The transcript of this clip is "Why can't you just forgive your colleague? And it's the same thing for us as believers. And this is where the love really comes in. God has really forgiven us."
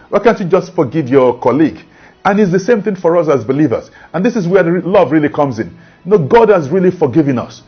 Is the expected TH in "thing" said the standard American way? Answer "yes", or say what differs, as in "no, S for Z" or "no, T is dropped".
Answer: yes